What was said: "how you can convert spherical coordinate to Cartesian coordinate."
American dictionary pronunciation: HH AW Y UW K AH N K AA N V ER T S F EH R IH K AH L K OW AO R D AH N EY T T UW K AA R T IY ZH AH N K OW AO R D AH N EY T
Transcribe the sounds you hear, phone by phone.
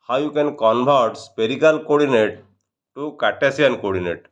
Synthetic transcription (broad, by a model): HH AW Y UW K AH N K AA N B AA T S P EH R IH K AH L K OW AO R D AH N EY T T UW K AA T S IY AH N K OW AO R D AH N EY T